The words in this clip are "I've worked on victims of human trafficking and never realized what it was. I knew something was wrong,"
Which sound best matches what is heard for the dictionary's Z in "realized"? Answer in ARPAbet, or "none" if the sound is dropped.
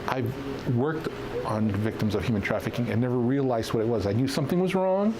Z